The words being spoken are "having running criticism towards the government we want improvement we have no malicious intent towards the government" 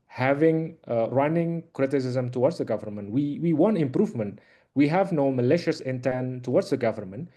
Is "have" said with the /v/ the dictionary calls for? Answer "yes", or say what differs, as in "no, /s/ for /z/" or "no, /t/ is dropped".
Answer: yes